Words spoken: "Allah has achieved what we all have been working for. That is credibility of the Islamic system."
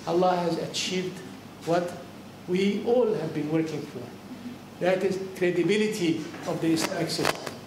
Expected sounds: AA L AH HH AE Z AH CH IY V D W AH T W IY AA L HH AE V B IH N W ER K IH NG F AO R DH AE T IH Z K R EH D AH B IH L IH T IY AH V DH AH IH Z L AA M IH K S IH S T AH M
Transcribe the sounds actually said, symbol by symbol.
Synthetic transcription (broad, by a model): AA L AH HH AE Z AH CH IY V D W AH T W IY AA L HH AE V B IH N W ER K IH NG F AO R DH AE T IH Z K R EH D AH B IH L IH T IY AH V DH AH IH S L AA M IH K S IH S T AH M